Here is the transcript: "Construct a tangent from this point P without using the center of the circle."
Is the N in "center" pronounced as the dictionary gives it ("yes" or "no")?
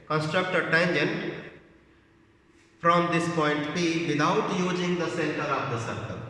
yes